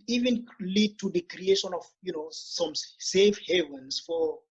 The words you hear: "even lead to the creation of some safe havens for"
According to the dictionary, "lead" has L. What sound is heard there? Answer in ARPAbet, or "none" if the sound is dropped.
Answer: L